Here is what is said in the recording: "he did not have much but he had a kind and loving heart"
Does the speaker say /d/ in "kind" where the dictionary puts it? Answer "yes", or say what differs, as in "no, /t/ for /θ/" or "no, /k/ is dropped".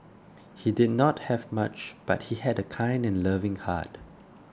yes